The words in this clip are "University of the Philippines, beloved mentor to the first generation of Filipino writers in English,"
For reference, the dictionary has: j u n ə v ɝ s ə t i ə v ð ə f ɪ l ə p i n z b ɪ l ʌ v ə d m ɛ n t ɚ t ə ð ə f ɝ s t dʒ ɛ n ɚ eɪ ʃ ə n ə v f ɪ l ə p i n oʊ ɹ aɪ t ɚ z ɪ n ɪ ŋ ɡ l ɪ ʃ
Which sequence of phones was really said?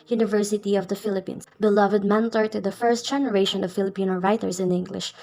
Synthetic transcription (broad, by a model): j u n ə v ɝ s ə t i ə v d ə f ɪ l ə p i n s b ɪ l ʌ v ə d m ɛ n t ɚ t ə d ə f ɝ s t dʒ ɛ n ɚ eɪ ʃ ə n ə v f ɪ l ə p i n oʊ ɹ aɪ t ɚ s ɪ n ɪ ŋ ɡ l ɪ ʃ